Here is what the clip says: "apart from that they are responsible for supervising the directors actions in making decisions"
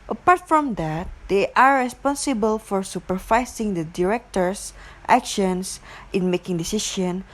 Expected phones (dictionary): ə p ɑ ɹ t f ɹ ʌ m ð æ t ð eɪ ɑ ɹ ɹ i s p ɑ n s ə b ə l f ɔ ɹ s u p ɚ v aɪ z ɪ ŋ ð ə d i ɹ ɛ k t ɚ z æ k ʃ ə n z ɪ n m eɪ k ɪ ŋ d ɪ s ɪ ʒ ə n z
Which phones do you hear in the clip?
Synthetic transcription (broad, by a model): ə p ɑ ɹ t f ɹ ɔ m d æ t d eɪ ɑ ɹ ɹ i s p ɑ n s ə b ə l f ɔ ɹ s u p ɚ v aɪ s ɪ ŋ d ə d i ɹ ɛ k t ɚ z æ k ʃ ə n s ɪ n m eɪ k ɪ ŋ d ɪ s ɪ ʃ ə n